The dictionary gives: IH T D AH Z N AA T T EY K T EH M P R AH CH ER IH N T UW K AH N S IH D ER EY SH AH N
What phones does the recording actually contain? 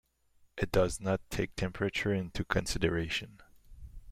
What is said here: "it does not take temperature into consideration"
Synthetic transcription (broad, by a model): IH T D AH Z N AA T T EY K T EH M P R AH CH ER IH N T UW K AH N S IH D ER EY SH AH N